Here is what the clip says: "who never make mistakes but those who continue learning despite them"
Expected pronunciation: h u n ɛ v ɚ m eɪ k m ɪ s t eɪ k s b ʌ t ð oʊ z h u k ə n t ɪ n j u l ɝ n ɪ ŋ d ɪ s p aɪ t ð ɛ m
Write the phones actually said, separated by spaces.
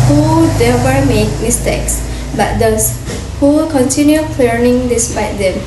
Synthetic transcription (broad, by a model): h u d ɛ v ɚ m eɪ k m ɪ s t eɪ k s b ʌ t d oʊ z h u k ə n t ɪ n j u l ɝ n ɪ ŋ d ɪ s p aɪ t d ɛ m